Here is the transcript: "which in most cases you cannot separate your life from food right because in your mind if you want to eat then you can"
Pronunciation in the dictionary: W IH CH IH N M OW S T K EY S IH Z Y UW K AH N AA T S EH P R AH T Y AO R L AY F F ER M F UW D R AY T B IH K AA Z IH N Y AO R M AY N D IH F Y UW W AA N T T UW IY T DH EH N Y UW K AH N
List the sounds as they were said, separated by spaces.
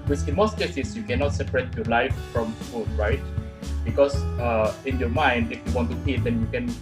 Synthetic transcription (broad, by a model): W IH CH IH N M OW S T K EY S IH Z Y UW K AH N AA T S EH P R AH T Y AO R L AY F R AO M F UW D R AY T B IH K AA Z IH N Y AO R M AY N D IH F Y UW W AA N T T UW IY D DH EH N Y UW K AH N